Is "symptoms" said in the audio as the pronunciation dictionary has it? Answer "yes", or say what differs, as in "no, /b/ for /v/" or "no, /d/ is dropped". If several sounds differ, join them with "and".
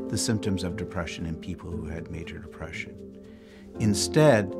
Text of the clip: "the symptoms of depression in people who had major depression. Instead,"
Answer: yes